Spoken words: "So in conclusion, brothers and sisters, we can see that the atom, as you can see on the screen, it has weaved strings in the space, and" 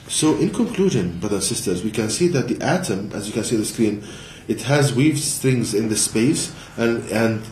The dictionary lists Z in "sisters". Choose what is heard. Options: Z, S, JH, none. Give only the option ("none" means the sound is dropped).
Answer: Z